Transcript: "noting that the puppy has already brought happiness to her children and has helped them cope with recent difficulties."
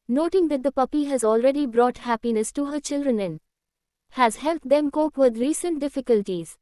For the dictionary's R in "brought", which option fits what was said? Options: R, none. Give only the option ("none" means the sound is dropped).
R